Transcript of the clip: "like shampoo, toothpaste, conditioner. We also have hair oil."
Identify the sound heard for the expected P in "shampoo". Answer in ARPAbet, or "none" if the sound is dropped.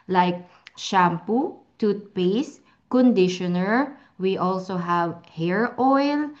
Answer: P